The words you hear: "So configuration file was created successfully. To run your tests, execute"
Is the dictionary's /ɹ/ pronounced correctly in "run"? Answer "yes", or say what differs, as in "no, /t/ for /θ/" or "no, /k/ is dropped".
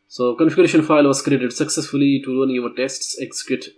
no, /l/ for /ɹ/